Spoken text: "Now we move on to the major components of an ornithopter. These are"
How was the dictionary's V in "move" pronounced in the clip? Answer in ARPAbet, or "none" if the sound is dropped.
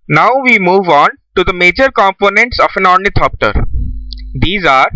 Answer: V